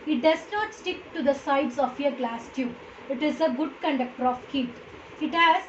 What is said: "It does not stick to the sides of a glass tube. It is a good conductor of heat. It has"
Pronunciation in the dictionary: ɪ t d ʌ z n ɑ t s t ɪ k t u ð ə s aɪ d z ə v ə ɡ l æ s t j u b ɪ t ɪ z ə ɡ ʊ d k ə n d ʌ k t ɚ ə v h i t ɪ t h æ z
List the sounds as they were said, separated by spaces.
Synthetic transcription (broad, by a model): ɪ t d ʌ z n ɑ t s t ɪ k t u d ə s aɪ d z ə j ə ɡ l æ s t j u ɪ t ɪ z ə ɡ ʊ d k ə n d ʌ k t ɚ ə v h i t ɪ t h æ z